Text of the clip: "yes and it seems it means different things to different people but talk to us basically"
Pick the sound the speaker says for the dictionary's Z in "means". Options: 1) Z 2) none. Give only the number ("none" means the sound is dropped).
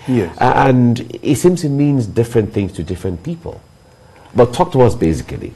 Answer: 1